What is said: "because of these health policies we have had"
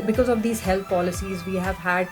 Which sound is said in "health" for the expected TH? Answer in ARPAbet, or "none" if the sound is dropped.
T